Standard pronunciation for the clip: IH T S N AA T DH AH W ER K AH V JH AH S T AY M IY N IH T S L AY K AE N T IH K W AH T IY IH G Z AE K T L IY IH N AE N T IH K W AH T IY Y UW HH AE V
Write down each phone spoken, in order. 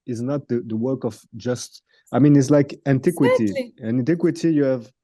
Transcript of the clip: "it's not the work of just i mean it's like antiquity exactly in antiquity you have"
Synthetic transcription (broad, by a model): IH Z N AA T DH AH W ER K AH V JH AH S T AY M IY N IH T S L AY K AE N T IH K W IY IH T IY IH AE N T IH K W AH T IY Y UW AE V